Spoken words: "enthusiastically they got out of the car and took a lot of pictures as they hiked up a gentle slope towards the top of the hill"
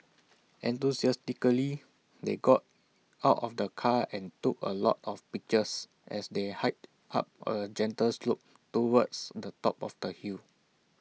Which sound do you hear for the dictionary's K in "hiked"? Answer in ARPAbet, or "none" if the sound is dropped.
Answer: none